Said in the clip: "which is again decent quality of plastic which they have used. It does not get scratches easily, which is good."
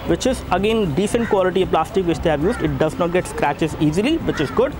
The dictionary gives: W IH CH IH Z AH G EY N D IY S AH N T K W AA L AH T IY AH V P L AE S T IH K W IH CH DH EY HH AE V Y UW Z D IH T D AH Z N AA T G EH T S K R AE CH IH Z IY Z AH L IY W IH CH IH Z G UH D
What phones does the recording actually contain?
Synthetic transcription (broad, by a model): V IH CH IH Z AH G EY N D IY S AH N T K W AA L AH T IY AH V P L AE S T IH K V IH CH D EY HH AE V Y UW Z D IH T D AH Z N AA T G EH T S K R AE CH IH Z IY Z AH L IY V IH CH IH Z G UH D